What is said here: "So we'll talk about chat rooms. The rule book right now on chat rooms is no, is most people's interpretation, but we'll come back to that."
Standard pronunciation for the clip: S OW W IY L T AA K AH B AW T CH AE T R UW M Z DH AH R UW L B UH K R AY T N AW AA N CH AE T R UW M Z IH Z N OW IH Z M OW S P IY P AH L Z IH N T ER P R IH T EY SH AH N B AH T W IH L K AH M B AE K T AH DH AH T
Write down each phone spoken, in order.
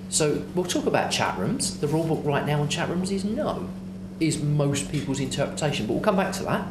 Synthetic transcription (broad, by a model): S OW W IY L T AA K AH B AW T CH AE T R UW M Z DH AH R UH L B UH K R AY T N AW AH N CH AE T R UW M Z IH Z N OW IH Z M OW S P IY P AH L Z IH N T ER P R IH T EY SH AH N B AH T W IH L K AH M B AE K T AH DH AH T